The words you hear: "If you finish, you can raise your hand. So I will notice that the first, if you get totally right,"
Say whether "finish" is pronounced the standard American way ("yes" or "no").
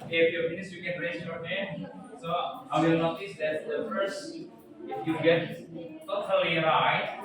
no